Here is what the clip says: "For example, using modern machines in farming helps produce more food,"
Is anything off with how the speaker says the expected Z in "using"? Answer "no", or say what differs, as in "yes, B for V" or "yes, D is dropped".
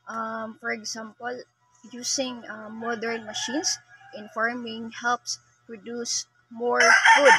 yes, S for Z